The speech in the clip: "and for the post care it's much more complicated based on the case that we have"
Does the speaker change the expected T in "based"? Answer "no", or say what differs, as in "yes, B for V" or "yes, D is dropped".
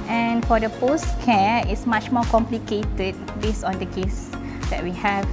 yes, T is dropped